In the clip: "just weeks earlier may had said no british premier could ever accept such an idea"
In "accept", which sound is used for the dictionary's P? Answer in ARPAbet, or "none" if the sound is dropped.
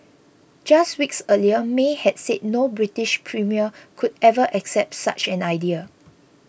P